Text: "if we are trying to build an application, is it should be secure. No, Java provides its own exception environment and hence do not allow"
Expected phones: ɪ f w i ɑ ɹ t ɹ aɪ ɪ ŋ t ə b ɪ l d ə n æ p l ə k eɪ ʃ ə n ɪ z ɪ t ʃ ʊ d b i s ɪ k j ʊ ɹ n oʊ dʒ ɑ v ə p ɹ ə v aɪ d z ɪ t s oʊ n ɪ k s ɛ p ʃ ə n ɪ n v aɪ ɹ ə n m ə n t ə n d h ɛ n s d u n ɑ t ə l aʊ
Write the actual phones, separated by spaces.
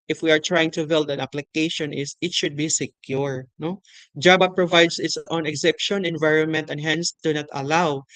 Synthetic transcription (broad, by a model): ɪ f w i ɑ ɹ t ɹ aɪ ɪ ŋ t ə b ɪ l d ə n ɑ p l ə k eɪ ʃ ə n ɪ s ɪ t ʃ ʊ d b i s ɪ k j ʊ ɹ n oʊ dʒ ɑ b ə p ɹ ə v aɪ d s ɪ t s oʊ n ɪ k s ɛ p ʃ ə n ɪ n v aɪ ɹ ə n m ə n t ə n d h ɛ n s d u n ɑ t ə l aʊ